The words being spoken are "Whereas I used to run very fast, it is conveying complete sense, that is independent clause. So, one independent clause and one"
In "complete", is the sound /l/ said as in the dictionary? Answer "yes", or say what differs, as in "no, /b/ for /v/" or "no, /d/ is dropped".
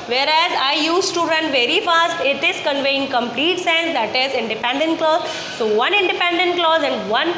yes